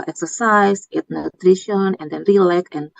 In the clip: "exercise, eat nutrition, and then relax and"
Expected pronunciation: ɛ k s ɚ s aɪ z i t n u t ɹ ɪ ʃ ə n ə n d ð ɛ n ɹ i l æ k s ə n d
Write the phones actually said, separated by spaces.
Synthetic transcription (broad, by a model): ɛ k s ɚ s aɪ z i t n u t ɹ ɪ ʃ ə n ə n d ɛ n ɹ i l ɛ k ə n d